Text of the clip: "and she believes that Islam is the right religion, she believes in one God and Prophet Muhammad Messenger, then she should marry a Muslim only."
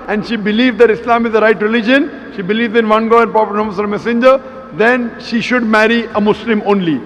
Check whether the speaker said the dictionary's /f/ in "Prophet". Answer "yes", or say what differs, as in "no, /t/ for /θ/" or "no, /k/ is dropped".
no, /p/ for /f/